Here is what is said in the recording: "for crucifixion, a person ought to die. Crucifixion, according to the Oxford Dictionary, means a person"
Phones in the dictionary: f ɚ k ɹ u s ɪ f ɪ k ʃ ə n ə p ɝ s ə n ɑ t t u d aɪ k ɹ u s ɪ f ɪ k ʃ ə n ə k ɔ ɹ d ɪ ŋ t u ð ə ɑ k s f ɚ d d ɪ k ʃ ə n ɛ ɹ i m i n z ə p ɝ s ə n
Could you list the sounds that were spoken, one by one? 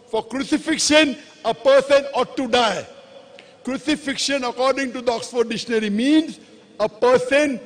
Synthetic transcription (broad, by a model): f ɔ k ɹ u s ɪ f ɪ k ʃ ə n ə p ɝ s ə n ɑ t t u d aɪ k ɹ u s ɪ f ɪ k ʃ ə n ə k ɔ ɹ d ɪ ŋ t u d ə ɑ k s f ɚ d d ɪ ʃ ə n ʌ ɹ i m i n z ə p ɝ s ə n